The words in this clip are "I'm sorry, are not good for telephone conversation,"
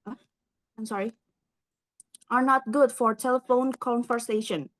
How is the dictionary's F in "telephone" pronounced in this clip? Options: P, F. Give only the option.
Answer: F